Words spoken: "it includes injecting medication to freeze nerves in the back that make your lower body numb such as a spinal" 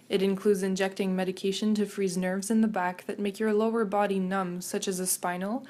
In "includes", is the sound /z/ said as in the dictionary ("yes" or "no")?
yes